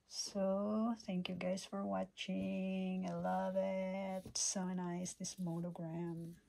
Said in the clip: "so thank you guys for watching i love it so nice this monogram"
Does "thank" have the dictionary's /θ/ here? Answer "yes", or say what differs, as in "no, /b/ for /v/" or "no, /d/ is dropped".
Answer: yes